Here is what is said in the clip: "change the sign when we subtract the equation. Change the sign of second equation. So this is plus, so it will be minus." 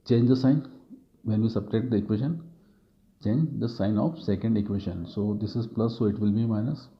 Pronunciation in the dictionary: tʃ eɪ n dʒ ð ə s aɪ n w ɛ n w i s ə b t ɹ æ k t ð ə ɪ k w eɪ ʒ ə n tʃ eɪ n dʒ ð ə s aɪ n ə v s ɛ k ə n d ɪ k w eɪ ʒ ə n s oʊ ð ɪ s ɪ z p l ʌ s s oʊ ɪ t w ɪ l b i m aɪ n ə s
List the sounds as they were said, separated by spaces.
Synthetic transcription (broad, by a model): tʃ eɪ n dʒ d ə s aɪ n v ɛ n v i s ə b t ɛ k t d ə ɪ k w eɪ ʃ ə n tʃ eɪ n dʒ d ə s aɪ n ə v s ɛ k ə n d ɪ k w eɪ ʃ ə n s oʊ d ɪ s ɪ z p l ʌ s s oʊ ɪ t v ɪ l b i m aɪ n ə s